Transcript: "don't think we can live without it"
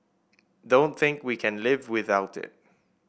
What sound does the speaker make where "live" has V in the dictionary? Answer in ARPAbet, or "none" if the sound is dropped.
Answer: V